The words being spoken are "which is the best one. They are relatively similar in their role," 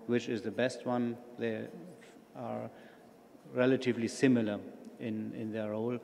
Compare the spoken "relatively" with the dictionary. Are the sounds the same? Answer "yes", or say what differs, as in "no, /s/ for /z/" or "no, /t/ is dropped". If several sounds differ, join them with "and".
yes